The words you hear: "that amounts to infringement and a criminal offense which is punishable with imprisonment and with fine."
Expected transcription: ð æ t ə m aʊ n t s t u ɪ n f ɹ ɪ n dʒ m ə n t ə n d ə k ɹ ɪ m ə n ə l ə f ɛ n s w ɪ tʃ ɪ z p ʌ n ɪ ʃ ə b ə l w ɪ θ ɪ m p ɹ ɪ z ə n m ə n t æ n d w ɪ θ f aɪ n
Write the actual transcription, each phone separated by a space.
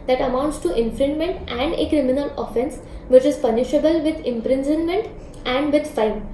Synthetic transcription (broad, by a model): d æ t ə m aʊ n t s t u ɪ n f ɹ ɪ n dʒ m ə n t ə n d ə k ɹ ɪ m ə n ə l ə f ɛ n s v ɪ tʃ ɪ z p ʌ n ɪ ʃ ə b ə l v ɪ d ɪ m p ɹ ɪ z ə n m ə n t æ n d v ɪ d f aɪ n